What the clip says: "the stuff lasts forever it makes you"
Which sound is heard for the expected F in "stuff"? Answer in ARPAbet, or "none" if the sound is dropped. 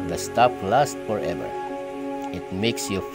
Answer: P